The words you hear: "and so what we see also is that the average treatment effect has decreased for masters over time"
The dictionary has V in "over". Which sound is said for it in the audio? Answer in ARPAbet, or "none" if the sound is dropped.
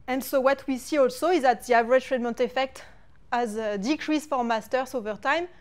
V